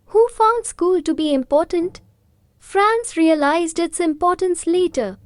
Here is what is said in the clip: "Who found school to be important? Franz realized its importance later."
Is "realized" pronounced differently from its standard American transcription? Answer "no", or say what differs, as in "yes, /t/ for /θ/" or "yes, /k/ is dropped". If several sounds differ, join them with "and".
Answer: no